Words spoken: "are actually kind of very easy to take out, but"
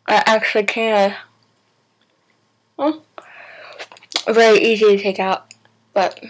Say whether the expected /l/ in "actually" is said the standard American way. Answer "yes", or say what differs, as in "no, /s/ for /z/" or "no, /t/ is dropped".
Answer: yes